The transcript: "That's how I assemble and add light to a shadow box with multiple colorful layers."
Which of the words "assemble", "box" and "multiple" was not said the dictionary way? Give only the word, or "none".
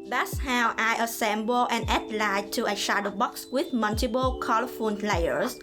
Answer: multiple